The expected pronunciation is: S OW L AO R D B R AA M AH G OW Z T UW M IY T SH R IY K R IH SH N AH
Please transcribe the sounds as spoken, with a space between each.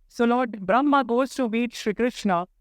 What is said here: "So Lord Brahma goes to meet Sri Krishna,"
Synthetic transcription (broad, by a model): S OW L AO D B R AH M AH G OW S T UW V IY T SH R IY K R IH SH N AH